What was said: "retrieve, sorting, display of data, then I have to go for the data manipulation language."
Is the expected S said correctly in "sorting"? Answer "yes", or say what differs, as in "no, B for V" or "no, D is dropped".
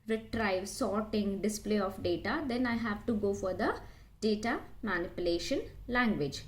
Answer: yes